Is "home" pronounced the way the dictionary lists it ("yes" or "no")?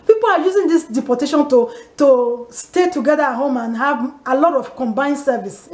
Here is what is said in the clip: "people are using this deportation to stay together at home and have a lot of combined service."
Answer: yes